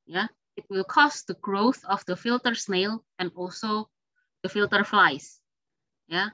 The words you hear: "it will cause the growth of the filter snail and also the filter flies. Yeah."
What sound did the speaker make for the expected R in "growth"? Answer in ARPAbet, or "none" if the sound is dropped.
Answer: R